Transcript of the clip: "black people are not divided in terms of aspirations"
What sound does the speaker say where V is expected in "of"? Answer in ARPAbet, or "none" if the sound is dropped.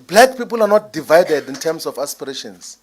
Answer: F